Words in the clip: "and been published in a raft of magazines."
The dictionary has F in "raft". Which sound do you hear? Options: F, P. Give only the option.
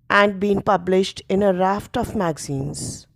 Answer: F